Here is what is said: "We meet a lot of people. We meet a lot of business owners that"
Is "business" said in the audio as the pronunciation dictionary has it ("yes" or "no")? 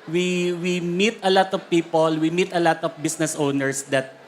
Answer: no